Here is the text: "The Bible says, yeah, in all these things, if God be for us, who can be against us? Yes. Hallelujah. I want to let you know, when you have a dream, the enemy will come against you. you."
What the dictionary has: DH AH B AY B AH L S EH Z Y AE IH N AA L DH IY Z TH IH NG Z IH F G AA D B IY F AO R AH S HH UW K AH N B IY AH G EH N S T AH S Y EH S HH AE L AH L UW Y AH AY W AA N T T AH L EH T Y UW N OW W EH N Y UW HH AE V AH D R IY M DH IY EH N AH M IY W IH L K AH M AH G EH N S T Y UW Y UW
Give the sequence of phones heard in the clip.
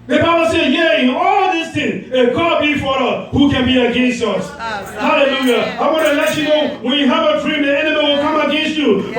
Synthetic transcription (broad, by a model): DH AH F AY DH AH S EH Y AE IH N AA L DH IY S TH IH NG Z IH G AA D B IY F AO R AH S HH UW K AH N B IY AH G EH N S T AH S S HH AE L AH L UW Y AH AY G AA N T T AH L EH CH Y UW N OW W EH N Y UW HH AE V AH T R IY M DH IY EH N AH M IY W IH L K AH M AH G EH N S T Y Y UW